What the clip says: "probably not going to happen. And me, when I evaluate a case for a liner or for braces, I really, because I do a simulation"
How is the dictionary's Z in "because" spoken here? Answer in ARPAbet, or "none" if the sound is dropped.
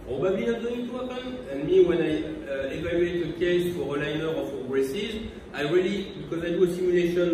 Z